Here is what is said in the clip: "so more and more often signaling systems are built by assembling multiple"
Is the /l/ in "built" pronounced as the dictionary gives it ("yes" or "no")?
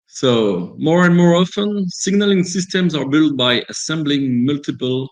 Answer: yes